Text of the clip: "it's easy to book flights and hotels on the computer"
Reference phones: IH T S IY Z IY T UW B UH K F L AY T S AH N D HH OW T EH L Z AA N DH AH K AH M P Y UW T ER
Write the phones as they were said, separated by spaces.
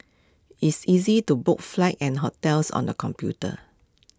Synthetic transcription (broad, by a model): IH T S IY Z IY T UW B UH K F L AY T AH N HH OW T EH L S AA N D AH K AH M P Y UW T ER